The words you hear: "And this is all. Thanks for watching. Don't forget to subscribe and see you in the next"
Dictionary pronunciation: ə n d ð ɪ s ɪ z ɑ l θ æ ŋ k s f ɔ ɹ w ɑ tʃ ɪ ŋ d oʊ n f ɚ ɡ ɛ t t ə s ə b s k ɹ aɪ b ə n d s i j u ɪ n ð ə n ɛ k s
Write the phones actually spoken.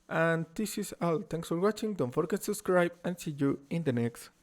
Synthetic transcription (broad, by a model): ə n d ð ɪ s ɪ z ɑ l t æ ŋ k s f ɔ ɹ w ɑ tʃ ɪ ŋ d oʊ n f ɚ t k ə s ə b s k ɹ aɪ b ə n s i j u ɪ n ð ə n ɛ k s